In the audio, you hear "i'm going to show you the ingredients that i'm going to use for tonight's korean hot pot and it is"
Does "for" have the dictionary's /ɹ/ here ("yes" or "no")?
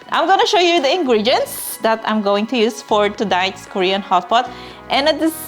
yes